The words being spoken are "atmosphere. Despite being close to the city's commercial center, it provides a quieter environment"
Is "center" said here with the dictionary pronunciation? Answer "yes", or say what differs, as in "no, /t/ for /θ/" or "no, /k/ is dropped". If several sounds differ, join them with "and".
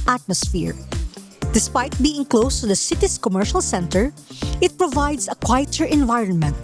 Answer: yes